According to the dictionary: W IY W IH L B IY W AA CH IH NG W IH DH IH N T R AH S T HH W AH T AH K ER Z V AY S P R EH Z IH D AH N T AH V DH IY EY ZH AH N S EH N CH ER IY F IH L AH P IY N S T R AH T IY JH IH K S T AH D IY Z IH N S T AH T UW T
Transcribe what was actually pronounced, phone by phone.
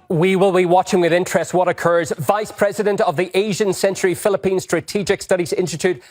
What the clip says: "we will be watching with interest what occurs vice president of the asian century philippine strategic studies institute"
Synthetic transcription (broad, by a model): W IY W IH L B IY W AA CH IH NG W IH DH IH N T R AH S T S W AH T AH K ER Z V AY S P R EH Z IH D AH N T AH V DH IY EY ZH AH N S EH N CH ER IY F IH L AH P IY N S T R AH T IY JH IH K S T AH D IY Z IH N S T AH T UW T